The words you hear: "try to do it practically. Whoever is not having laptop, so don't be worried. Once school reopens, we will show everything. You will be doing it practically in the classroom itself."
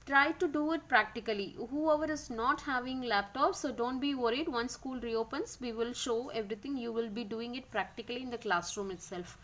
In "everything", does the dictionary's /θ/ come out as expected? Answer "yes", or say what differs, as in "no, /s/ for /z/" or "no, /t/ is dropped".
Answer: no, /t/ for /θ/